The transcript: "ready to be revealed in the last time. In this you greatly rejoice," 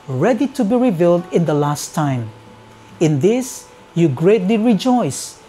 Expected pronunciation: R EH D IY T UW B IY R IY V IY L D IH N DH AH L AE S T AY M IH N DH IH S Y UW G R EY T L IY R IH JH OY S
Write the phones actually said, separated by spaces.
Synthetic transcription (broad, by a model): R EH D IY T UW B IY R IY V IY L D IH N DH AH L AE S T AY M IH N DH IH S Y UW G R EY T L IY R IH JH OY S